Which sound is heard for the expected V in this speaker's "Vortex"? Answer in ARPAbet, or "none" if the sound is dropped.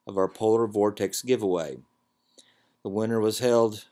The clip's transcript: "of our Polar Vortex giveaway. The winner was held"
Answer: V